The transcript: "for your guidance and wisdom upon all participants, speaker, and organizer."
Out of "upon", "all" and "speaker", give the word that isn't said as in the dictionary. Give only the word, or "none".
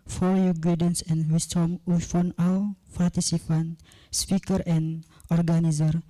upon